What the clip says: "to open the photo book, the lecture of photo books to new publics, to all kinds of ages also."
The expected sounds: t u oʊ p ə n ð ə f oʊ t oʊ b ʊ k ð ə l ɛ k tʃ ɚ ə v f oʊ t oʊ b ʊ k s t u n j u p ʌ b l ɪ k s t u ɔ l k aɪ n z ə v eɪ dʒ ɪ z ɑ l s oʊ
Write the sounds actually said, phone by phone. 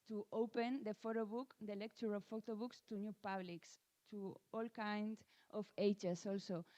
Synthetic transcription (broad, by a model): t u oʊ p ə n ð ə f oʊ t oʊ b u k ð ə l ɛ k tʃ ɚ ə f oʊ t oʊ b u k s t u n j u p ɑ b l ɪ k s t u ɔ l k aɪ n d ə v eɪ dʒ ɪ s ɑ l s oʊ